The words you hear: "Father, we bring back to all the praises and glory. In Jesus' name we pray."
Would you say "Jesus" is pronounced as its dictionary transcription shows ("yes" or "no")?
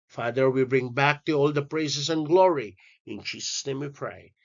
no